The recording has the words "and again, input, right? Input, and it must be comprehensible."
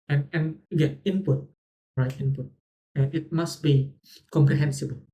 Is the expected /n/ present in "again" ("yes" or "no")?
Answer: no